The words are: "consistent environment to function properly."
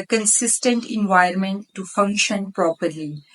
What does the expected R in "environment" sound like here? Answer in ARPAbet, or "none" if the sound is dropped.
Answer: none